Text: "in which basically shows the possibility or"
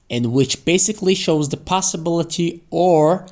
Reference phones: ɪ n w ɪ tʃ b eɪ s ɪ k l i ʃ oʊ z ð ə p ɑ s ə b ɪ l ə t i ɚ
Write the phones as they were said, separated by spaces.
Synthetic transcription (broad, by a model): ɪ n w ɪ tʃ b eɪ s ɪ k l i ʃ oʊ z ð ə p ɑ s ə b ɪ l ə t i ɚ